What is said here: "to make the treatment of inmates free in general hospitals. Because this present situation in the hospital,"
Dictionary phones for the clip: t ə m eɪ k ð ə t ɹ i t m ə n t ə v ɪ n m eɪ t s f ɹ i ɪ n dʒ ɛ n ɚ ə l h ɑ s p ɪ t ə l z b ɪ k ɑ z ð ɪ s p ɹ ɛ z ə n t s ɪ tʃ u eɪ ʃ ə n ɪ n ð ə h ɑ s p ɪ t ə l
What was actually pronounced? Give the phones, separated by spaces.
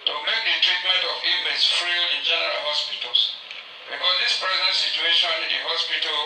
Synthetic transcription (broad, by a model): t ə m eɪ k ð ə t ɹ i t m ə n t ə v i m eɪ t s f ɹ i ɪ n dʒ ɛ n ɚ ə l h ɑ s p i t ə l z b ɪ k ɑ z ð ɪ s p ɹ ɛ z ə n t s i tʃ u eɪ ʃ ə n ɪ n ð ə h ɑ s p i t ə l